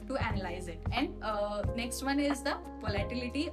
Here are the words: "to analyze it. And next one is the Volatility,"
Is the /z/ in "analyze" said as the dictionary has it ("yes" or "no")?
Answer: yes